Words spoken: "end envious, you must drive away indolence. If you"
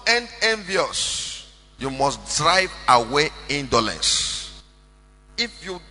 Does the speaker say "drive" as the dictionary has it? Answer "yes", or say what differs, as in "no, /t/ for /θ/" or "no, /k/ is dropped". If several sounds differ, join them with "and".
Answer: yes